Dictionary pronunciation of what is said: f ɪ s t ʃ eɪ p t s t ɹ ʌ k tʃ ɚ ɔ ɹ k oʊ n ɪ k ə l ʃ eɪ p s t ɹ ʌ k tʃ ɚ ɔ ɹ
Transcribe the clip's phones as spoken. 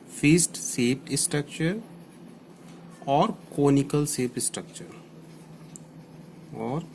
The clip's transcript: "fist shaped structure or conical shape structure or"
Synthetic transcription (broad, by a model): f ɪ s t s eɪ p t s t ɹ ʌ k tʃ ɚ ɔ ɹ k oʊ n ɪ k ə l s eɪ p s t ɹ ʌ k tʃ ɚ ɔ ɹ